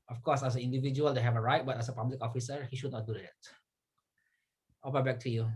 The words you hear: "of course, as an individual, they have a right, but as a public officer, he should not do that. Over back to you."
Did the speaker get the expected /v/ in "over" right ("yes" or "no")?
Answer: no